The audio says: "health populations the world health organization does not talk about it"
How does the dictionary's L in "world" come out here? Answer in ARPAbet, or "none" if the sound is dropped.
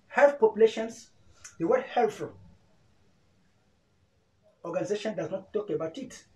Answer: none